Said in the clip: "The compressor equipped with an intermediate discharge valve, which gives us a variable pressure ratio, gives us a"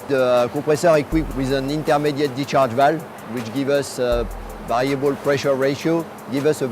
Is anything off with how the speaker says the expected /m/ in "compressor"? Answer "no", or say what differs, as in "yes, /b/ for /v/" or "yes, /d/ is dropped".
yes, /m/ is dropped